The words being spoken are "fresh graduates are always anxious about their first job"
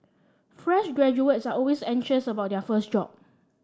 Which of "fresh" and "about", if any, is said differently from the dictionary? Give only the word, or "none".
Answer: none